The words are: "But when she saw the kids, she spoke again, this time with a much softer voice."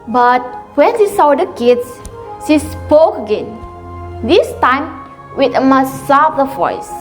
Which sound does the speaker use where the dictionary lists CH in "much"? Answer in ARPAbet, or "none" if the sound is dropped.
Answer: S